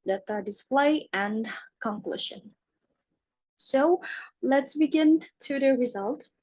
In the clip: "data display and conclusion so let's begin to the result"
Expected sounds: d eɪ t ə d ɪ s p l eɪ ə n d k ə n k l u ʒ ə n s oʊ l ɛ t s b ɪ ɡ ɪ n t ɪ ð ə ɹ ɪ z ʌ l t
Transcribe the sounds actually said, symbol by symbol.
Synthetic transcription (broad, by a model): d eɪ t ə d ɪ s p l eɪ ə n k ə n k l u ʃ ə n s oʊ l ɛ t s b ɪ ɡ ɪ n t ɪ ð ə ɹ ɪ z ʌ l t